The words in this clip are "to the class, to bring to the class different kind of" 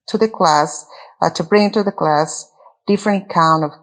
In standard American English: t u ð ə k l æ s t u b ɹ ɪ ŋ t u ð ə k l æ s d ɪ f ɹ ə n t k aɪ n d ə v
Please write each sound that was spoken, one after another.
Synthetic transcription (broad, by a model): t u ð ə k l æ s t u b ɹ ɪ ŋ t u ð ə k l æ s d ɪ f ɹ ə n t k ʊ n ə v